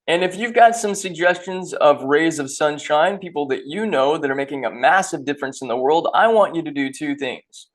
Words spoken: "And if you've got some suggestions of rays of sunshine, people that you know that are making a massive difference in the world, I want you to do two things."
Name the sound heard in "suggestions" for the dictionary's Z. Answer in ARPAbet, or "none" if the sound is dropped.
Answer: Z